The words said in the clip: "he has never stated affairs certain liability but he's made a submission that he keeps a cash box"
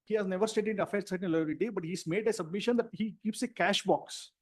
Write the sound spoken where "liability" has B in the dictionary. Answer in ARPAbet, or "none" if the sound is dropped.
none